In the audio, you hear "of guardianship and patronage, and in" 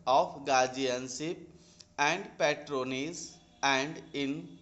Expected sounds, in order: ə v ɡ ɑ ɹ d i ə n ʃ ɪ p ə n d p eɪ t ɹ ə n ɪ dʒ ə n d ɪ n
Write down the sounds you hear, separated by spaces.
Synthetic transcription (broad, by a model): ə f ɡ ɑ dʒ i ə n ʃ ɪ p ə n d p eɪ t ɹ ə n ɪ z ə n d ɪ n